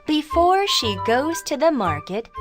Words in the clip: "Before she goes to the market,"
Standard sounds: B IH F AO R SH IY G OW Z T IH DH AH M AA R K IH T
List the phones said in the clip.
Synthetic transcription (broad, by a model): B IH F AO R SH IY G OW Z T IH DH AH M AA R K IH T